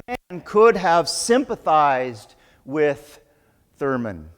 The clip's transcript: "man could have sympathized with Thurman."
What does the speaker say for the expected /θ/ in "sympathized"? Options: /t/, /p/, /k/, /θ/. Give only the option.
/θ/